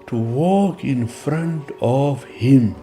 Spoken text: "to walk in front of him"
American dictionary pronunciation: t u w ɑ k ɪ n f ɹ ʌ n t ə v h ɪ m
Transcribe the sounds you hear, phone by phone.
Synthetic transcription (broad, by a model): t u w ɑ k ɪ n f ɹ ʌ n t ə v h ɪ m